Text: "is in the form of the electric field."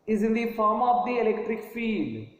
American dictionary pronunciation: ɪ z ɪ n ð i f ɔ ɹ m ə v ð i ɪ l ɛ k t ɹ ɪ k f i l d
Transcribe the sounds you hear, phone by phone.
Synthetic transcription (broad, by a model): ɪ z ɪ n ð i f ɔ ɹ m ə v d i ɪ l ɛ k t ɹ ɪ k f i l d